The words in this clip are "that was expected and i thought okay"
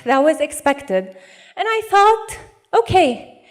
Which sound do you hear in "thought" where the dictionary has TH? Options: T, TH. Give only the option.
TH